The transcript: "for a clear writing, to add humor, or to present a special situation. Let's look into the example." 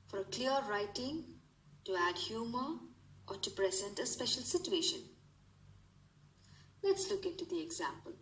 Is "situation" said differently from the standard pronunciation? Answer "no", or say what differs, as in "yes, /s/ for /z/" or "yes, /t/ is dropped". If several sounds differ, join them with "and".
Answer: no